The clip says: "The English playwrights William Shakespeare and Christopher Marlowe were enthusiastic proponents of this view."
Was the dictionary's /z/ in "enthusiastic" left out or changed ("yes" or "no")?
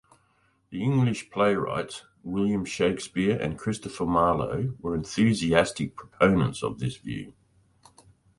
no